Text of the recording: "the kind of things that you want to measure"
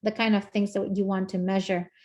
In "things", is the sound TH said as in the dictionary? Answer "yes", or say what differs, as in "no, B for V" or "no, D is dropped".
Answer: yes